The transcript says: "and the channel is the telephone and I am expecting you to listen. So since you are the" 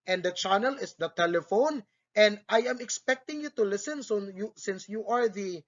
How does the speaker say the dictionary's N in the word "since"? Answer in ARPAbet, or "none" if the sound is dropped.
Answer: N